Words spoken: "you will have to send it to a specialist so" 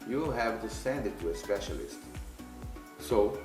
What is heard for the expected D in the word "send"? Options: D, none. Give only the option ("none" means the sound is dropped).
D